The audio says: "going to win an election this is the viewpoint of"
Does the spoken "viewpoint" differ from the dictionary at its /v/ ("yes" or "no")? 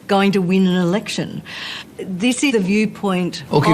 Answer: no